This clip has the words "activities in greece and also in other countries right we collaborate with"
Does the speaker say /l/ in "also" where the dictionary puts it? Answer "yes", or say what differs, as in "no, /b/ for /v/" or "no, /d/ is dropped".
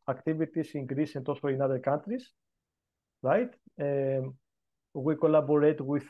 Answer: no, /l/ is dropped